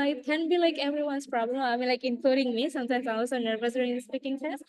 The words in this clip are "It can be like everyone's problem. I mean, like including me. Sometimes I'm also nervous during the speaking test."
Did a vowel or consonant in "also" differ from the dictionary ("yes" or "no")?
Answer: yes